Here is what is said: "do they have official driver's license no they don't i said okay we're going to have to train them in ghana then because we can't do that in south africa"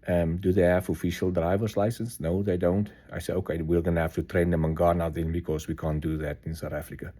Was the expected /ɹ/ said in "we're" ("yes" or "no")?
no